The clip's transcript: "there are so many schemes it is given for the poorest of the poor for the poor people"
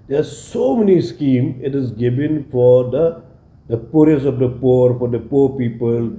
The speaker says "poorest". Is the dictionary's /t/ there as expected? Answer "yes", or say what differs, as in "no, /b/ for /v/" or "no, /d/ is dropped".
no, /t/ is dropped